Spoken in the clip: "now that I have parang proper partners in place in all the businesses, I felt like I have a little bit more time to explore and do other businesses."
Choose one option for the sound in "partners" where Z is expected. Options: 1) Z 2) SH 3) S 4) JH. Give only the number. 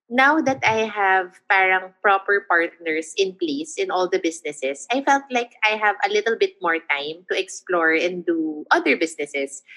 3